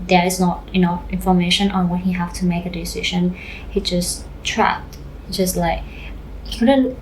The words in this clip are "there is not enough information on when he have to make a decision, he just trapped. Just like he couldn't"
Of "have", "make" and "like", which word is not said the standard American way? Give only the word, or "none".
have